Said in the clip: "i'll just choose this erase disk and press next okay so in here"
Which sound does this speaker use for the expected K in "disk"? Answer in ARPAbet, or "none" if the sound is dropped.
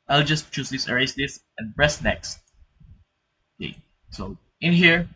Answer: none